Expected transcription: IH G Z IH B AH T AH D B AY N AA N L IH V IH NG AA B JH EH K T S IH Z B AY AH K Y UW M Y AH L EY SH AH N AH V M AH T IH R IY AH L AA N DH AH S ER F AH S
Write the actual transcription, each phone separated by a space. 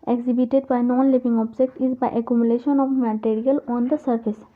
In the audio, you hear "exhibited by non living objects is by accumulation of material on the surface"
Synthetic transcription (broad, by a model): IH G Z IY B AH T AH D B AY N AA N L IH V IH NG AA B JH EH K T IH Z B AY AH K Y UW M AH L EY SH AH N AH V M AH T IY R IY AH L AA N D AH S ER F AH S